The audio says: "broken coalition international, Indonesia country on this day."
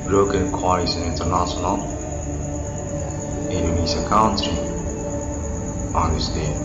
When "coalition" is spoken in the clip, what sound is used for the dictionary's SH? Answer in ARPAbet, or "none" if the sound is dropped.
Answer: S